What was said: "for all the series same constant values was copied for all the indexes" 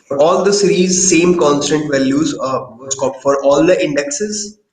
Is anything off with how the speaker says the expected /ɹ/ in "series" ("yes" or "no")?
no